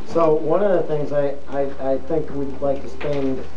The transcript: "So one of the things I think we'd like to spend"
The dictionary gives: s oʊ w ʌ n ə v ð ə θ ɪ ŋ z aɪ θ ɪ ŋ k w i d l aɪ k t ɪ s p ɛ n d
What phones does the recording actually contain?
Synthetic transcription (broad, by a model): s oʊ w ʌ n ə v ð ə θ ɪ ŋ z aɪ θ ɪ ŋ k w i d l aɪ k t ɪ s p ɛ n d